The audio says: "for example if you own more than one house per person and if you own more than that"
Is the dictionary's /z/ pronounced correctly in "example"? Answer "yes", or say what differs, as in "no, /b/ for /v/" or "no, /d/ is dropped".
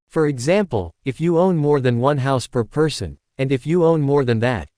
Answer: yes